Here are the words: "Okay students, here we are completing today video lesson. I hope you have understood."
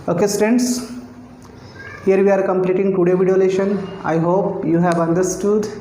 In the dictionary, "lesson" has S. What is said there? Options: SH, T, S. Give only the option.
SH